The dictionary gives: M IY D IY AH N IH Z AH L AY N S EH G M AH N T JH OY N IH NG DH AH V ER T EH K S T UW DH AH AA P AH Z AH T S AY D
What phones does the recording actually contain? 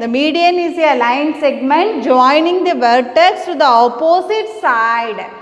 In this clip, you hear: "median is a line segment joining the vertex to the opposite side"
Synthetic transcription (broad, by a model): M IY D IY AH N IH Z AH L AY N S EH G M AH N T JH OY N IH NG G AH V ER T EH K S T UW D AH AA P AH S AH T S AY D